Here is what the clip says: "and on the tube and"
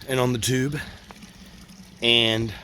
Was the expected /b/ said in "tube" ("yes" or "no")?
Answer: yes